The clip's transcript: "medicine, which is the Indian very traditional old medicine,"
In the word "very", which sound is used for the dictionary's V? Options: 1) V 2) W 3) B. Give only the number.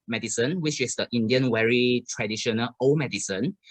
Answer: 2